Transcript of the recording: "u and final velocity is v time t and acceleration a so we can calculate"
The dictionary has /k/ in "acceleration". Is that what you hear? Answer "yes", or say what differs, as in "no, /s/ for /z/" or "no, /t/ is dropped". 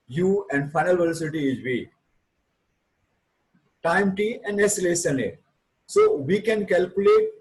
no, /k/ is dropped